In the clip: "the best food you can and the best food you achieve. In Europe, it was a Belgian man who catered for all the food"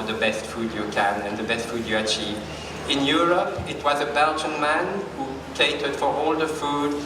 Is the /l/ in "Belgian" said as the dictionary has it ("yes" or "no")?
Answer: yes